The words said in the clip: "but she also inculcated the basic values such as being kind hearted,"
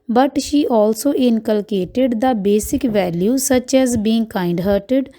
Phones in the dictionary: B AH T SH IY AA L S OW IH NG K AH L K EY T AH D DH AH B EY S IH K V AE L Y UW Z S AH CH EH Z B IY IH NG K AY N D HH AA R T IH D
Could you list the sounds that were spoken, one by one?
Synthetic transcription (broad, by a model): B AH T SH IY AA L S OW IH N K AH L K EY T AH D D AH B EY S IH K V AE L Y UW S AH CH EH Z B IY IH NG K AY N D HH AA R T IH D